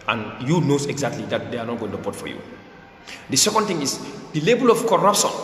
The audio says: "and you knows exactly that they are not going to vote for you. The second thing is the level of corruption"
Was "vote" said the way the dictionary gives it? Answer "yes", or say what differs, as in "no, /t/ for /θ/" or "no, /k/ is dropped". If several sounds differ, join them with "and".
no, /b/ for /v/